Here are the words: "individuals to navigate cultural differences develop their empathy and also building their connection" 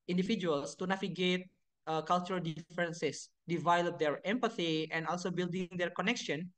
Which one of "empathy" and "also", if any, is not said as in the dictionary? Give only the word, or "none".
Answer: none